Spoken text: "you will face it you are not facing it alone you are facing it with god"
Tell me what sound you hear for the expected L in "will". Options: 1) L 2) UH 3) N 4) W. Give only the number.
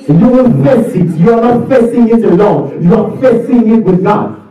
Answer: 3